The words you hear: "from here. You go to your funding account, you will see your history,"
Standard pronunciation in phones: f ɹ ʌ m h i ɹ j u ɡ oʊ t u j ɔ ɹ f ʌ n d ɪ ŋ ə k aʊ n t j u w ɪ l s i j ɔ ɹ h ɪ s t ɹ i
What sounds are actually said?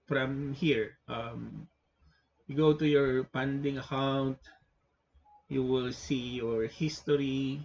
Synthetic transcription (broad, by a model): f ɹ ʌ m h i ɹ j u ɡ oʊ t u j ɔ ɹ p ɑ n d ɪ ŋ ə k aʊ n t j u w ɪ l s i j ɔ ɹ h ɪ s t ɹ i